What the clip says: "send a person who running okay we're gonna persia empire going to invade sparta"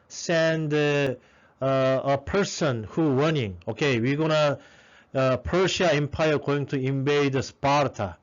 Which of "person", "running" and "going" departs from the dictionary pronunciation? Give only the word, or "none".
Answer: running